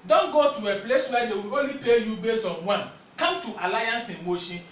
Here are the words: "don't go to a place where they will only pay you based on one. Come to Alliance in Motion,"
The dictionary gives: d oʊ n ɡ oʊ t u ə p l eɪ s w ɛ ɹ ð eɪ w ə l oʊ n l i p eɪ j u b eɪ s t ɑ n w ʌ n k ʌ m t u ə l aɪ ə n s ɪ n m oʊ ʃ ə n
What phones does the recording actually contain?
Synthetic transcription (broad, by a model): d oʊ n ɡ oʊ t u ə p l eɪ s w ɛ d eɪ w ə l oʊ n l i p eɪ j u b eɪ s ɑ n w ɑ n k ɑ m t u ə l aɪ ə n s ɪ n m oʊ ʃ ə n